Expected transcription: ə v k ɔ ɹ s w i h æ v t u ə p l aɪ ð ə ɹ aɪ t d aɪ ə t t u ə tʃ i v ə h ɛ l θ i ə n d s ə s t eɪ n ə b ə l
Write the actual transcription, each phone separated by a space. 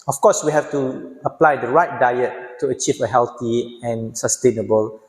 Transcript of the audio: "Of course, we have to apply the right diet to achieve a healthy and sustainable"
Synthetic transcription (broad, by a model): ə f k ɔ s w i h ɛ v t u ə p l aɪ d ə ɹ aɪ t d aɪ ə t t u ə tʃ i v ə h ɛ l t i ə n s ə s t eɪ n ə b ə l